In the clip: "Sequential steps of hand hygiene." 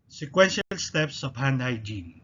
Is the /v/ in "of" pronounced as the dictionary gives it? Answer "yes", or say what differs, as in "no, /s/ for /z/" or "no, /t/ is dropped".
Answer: no, /p/ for /v/